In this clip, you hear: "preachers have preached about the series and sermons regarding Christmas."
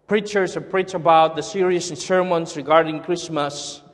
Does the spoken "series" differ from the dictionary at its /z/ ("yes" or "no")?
yes